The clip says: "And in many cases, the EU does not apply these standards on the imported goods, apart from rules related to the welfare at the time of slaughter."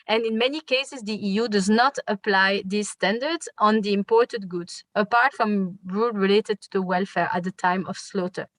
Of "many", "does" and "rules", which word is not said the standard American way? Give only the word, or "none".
rules